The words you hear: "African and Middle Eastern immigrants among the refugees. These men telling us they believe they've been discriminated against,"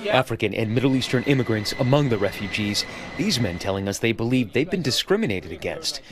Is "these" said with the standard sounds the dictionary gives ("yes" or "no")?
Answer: yes